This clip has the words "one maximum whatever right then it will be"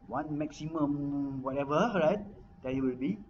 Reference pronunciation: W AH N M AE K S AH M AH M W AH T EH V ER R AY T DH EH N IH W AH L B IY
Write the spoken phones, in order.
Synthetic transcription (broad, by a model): W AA N M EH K S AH M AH M W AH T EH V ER R AY T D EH IH W AH L B IY